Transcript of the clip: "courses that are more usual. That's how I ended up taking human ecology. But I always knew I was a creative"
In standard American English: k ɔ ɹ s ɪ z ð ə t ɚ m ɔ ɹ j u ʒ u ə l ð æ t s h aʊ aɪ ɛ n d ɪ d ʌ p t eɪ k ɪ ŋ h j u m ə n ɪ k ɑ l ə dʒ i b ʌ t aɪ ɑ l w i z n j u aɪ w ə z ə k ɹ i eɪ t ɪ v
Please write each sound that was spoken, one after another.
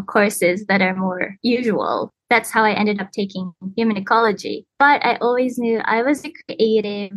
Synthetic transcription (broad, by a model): k ɔ ɹ s ɪ z ð ə t ɚ m ɔ ɹ j u ʒ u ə l ð æ t s h aʊ aɪ ɛ n d ɪ d ʌ p t eɪ k ɪ ŋ h j u m ə n ɪ k ɑ l ə dʒ i b ʌ t aɪ ɑ l w i z n j u aɪ w ə z ə k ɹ i eɪ t ɪ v